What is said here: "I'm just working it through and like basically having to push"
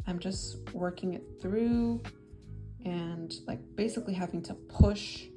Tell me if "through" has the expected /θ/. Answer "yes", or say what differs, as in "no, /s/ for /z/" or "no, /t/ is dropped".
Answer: yes